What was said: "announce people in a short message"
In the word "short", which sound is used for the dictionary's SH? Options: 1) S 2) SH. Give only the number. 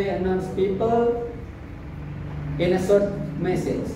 1